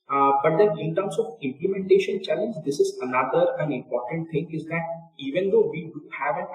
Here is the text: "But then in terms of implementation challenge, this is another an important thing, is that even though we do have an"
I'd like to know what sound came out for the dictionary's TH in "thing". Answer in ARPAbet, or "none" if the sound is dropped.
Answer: T